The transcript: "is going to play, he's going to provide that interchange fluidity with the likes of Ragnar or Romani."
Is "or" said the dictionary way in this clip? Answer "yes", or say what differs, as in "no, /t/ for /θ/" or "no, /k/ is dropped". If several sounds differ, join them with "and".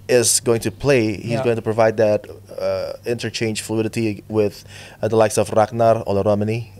no, /l/ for /ɹ/